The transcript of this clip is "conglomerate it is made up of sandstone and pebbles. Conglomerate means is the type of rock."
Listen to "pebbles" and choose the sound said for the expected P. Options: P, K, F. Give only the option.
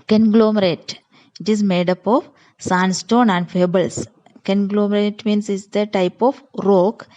F